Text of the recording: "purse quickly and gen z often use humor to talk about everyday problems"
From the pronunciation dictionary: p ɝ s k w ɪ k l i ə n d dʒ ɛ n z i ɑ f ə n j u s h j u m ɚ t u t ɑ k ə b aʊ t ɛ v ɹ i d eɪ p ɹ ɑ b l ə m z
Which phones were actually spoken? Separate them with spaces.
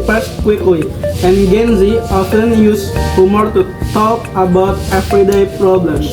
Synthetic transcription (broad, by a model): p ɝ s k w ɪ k i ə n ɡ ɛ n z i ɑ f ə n j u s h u m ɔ t u t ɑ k ə b aʊ t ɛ f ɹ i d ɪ p ɹ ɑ b l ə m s